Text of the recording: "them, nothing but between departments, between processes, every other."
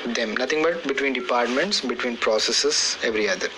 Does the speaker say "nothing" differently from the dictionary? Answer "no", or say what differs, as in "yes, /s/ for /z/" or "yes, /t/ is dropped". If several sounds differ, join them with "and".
yes, /t/ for /θ/